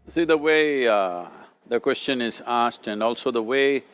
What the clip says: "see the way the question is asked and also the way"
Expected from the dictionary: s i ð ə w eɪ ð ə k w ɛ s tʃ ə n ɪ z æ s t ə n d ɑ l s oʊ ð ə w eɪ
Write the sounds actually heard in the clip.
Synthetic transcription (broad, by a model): s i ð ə w eɪ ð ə k w ɛ s tʃ ə n ɪ z æ s t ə n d ɑ l s oʊ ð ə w eɪ